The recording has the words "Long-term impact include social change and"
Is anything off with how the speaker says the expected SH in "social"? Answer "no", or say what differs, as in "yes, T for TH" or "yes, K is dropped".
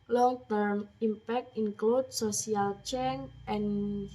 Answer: yes, S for SH